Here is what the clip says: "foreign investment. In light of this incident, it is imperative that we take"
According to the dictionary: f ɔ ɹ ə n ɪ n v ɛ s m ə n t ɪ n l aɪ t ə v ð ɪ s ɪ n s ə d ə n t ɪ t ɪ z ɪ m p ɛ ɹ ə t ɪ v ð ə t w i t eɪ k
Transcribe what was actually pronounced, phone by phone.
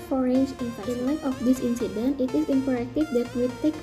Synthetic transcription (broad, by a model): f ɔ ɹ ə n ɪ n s ə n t ɪ n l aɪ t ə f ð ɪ s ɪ n s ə d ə n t ɪ t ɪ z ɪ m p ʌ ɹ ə t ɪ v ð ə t w i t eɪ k